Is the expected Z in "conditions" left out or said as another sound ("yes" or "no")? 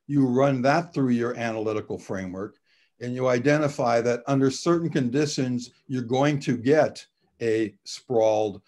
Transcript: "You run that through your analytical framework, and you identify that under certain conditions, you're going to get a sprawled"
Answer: no